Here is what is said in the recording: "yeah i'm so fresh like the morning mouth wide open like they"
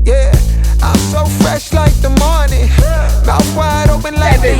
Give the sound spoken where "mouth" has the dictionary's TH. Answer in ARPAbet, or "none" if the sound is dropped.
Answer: S